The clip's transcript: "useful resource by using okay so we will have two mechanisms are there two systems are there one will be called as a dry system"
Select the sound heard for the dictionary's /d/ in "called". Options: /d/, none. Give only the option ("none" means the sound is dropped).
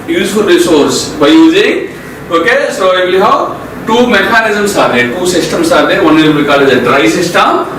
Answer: none